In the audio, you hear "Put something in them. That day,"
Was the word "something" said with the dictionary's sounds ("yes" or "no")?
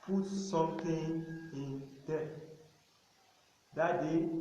no